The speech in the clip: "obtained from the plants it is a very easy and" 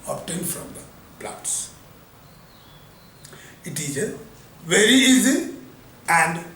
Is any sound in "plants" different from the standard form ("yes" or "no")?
yes